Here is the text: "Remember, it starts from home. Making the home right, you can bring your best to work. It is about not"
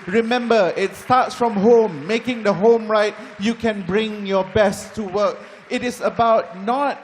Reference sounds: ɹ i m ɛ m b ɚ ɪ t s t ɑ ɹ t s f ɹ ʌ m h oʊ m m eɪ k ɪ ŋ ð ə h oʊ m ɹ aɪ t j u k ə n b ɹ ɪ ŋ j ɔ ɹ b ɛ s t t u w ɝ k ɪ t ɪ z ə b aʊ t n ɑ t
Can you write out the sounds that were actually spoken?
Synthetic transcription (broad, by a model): ɹ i m ɛ m b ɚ ɪ t s t ɑ t s f ɹ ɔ m h oʊ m m eɪ k ɪ ŋ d ə h oʊ m ɹ aɪ t j u k ə n b ɹ ɪ ŋ j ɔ b ɛ s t t u w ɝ k ɪ t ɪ s ə b aʊ t n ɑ t